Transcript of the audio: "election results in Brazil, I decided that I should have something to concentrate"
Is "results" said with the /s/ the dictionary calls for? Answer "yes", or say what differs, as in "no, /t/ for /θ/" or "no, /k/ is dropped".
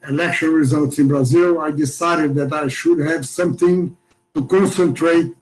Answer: yes